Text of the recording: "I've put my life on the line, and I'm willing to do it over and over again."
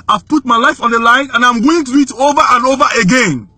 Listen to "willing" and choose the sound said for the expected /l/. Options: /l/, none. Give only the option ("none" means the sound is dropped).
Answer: none